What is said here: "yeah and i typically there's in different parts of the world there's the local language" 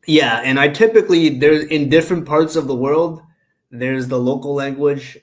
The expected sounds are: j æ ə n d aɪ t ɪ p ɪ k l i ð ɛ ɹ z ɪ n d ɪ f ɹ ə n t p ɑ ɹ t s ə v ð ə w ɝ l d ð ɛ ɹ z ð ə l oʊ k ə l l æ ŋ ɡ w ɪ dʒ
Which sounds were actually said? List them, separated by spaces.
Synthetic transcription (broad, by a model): j æ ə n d aɪ t ɪ p ɪ k l i ð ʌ ɹ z ɪ n d ɪ f ɹ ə n p ɑ ɹ t s ə v ð ə w ɝ l d ð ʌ ɹ z ð ə l oʊ k l l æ ŋ ɡ w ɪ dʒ